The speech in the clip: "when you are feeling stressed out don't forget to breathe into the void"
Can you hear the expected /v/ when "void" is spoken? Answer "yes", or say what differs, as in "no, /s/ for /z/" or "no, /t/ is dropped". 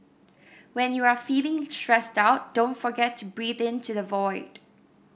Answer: yes